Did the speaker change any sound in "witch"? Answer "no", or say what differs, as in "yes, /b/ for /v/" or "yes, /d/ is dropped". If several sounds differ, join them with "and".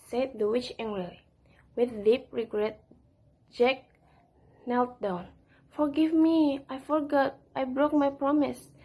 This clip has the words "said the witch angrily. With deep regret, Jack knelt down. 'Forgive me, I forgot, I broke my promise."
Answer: no